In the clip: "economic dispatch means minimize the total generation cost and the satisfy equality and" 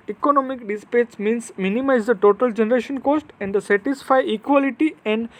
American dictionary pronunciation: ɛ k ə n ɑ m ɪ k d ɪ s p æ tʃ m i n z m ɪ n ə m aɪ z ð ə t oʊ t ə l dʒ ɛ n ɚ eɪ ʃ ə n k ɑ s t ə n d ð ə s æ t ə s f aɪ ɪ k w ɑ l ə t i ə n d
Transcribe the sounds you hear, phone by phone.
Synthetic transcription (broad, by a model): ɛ k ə n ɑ m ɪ k d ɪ s p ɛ s m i n s m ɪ n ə m aɪ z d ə t oʊ t ə l dʒ ɛ n ɚ eɪ ʃ ə n k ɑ s t ə n d s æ t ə s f aɪ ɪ k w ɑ l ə t i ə n d